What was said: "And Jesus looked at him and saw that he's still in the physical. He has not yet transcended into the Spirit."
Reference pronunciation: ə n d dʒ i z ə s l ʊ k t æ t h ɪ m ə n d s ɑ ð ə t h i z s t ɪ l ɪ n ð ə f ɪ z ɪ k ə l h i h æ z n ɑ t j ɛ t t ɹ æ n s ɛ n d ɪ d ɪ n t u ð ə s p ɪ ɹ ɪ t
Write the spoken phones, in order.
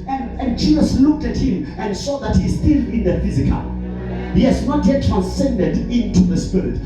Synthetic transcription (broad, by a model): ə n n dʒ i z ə s l ʊ k t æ t h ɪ m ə n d s ɑ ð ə t h i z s t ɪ l ɪ n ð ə f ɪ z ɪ k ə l h i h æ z n ɑ t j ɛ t t ɹ æ n s ɛ n d ɪ d ɪ n t u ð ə s p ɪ ɹ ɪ t